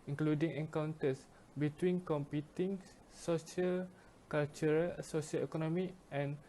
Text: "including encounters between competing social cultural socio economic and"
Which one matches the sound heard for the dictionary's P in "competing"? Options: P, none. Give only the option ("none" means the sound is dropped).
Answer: P